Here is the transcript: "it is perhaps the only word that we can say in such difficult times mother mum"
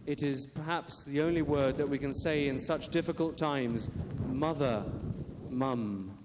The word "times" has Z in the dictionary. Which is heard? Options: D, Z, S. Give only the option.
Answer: Z